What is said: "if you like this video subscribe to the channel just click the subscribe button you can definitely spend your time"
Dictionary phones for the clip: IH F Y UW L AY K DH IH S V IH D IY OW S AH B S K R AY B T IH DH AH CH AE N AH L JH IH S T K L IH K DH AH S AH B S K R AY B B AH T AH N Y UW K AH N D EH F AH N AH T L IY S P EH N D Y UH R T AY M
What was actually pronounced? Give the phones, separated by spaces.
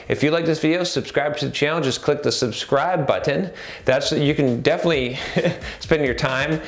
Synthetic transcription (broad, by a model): IH F Y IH L AY K DH IH S V IH D IY OW S AH B S K R AY B T IH DH AH CH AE L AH N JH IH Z K L IH K DH AH S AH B S K R AY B B AH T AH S Y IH K AH N D EH F AH N AH T L IY S P EH N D Y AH R T AY M